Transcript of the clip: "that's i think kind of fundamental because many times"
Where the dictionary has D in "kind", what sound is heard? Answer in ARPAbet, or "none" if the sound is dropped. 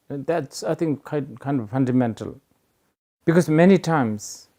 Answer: D